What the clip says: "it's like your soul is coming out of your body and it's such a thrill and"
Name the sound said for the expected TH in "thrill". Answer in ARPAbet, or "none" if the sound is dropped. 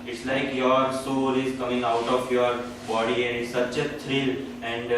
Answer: T